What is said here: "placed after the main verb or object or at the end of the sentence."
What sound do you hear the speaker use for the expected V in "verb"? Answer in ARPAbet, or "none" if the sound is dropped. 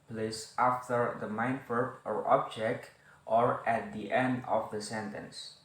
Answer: F